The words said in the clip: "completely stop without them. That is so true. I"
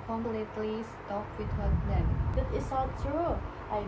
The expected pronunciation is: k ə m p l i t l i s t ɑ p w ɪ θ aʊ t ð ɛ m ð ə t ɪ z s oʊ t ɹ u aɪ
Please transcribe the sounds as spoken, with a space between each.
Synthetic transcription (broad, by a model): k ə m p l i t l i s t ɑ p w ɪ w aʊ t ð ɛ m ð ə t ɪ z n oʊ t ɹ u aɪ